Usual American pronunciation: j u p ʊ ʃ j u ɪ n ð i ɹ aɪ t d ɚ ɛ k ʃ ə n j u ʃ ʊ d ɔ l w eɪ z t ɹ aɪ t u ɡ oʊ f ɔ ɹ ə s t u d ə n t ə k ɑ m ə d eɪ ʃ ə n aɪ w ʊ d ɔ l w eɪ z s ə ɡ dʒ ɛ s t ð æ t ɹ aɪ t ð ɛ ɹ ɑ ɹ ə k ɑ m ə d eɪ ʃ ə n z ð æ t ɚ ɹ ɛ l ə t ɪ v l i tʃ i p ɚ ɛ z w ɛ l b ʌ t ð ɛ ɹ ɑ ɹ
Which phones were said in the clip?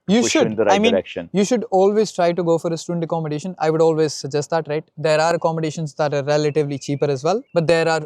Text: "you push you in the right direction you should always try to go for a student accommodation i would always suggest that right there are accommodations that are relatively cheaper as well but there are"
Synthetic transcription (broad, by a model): j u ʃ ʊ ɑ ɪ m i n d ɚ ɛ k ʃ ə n j u ʃ ʊ d ɔ l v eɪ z t ɹ aɪ t u ɡ oʊ f ɔ ɹ ə s t u d ə n t ə k ɑ m ə d eɪ ʃ ə n aɪ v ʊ d ɔ l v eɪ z s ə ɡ dʒ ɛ s t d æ t ɹ aɪ t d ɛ ɹ ɑ ɹ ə k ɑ m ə d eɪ ʃ ə n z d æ t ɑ ɹ ɛ l ə t ɪ v l i tʃ i p ɚ ɛ z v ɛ l b ʌ t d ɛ ɹ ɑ ɹ